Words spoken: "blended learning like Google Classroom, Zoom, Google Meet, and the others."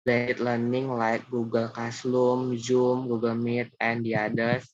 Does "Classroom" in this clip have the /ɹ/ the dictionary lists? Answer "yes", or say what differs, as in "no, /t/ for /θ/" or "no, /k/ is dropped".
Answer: no, /l/ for /ɹ/